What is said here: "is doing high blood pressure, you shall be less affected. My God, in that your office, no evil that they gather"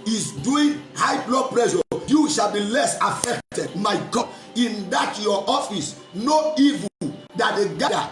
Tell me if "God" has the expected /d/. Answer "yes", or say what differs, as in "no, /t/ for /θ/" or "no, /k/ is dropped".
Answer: no, /d/ is dropped